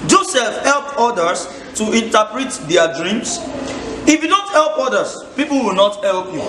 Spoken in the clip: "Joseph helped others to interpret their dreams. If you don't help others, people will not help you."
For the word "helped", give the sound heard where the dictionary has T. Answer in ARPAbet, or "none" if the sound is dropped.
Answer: none